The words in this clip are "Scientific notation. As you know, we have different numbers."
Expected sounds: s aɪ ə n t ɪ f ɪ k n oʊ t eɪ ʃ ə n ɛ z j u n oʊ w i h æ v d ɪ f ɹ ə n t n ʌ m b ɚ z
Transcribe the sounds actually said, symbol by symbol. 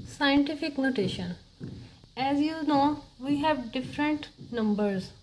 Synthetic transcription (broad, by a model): s aɪ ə n t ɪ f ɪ k n oʊ t eɪ ʃ ə n ɛ z j u n oʊ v i h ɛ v d ɪ f ɹ ə n t n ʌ m b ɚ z